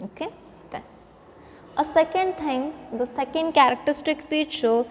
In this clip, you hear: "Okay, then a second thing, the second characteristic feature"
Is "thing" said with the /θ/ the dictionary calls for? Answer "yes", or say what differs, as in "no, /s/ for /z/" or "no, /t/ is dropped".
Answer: no, /t/ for /θ/